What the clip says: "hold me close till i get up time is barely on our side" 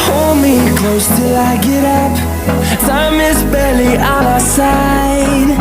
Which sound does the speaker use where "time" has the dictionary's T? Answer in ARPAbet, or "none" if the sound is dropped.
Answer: S